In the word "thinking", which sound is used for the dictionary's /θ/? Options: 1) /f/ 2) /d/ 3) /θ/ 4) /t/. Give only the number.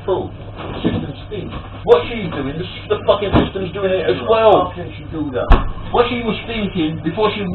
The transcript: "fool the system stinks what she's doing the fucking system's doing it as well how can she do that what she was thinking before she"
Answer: 3